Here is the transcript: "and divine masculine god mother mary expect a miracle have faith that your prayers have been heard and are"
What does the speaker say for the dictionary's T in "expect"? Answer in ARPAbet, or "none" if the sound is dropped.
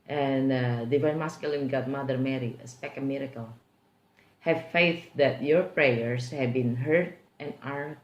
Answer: none